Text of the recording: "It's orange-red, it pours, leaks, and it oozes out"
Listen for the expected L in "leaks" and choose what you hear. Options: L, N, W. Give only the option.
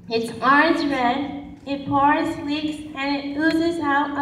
W